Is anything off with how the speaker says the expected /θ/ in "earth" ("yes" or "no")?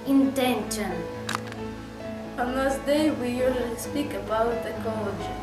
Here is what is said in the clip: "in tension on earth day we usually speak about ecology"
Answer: yes